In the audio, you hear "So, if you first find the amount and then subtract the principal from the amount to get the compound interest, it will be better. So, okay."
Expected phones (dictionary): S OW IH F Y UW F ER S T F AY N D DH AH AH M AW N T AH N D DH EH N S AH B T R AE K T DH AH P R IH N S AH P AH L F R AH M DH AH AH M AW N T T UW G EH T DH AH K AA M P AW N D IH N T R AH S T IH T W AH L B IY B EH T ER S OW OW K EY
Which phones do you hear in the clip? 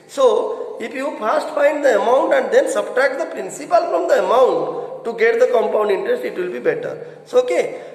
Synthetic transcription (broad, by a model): S OW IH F Y UW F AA S T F AY N D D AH AH M AW N T AH N D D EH N S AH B T R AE K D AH P R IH N S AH P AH L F R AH M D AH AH M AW N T T UW G EH T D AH K AA M P AW N D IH N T R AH S T IH T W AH L B IY B EH T ER S OW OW K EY